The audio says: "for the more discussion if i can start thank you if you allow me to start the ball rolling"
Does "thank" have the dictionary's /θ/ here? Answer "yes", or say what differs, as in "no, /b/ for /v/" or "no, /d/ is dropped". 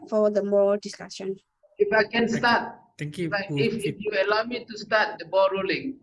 no, /f/ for /θ/